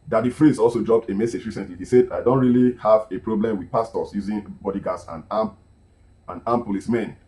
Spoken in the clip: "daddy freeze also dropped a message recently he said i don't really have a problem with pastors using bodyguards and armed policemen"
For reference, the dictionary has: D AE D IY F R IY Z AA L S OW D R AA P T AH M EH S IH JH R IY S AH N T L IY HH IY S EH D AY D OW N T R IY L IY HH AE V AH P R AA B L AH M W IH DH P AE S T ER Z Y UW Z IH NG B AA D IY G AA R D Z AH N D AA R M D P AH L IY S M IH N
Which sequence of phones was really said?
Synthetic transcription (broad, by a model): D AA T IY F R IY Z AA L S OW D R AA P T AH M EH S IH JH R IY S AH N T L IY HH IY S EH D AY D OW N T R IY L IY HH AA V AH P R AA B L AH M W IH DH P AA S T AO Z Y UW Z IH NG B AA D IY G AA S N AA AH N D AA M P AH L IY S M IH N